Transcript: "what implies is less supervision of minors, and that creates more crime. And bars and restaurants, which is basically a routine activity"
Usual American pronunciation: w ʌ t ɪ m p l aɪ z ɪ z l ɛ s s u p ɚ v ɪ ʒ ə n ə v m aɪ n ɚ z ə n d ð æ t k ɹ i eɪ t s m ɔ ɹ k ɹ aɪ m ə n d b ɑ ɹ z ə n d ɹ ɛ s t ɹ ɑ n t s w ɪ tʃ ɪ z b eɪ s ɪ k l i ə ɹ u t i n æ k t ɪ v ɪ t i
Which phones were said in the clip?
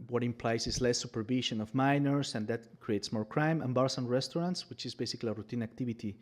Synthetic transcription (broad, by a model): w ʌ t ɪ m p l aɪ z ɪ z l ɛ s s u p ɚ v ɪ ʃ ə n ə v m aɪ n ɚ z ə n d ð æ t k ɹ i eɪ t s m ɔ ɹ k ɹ aɪ m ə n b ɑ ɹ s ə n ɹ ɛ s t ɹ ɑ n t s w ɪ tʃ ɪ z b eɪ s ɪ k l i ə ɹ u t i n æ k t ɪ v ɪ t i